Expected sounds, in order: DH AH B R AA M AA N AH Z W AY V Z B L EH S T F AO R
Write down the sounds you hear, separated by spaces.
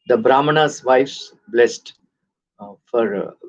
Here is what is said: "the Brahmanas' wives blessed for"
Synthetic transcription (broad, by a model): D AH B R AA M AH N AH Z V AY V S B L EH S T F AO R